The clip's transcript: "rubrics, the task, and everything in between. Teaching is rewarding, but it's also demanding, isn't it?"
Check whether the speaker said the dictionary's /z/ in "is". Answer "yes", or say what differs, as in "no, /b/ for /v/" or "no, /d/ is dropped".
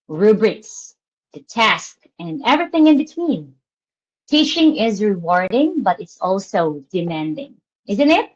yes